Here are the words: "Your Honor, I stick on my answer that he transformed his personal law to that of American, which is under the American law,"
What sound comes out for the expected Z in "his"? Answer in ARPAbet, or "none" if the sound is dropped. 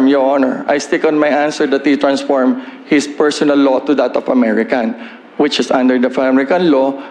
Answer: S